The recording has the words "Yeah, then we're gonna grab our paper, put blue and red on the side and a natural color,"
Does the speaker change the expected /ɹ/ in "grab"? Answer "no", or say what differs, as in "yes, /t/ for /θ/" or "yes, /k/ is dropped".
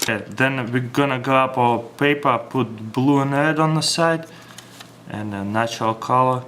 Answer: yes, /ɹ/ is dropped